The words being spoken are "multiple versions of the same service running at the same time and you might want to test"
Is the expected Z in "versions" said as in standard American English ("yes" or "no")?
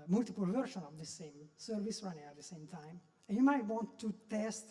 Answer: no